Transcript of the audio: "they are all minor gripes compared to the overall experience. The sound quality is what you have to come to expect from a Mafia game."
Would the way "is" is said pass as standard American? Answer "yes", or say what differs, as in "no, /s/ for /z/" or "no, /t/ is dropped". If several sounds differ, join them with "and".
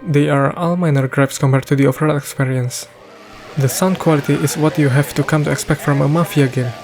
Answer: no, /s/ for /z/